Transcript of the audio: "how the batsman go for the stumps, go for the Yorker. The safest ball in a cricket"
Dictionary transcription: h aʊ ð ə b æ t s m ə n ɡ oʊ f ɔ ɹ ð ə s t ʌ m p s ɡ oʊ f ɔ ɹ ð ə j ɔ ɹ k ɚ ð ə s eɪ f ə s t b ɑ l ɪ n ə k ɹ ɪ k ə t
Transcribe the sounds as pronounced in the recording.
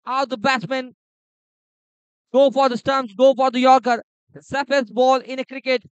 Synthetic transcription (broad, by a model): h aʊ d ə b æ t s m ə n ɡ oʊ f ɔ ɹ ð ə s t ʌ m s ɡ oʊ f ɔ ɹ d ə j ɔ ɹ k ɚ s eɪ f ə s b ɑ l ɪ n ə k ɹ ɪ k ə t